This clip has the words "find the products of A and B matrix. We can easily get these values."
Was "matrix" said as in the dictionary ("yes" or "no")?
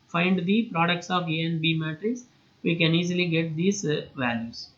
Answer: no